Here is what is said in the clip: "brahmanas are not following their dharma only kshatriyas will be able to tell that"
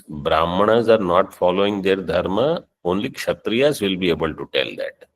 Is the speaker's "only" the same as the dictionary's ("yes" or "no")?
yes